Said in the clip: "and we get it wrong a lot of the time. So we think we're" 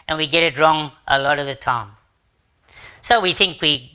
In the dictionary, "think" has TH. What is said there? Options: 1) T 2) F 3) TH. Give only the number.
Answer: 3